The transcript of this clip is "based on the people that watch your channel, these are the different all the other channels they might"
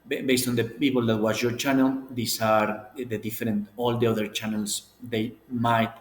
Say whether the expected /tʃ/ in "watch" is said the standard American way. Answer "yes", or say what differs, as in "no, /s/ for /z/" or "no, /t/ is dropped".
no, /s/ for /tʃ/